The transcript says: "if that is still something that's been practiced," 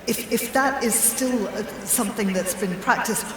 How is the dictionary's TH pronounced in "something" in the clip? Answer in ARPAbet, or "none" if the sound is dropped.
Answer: TH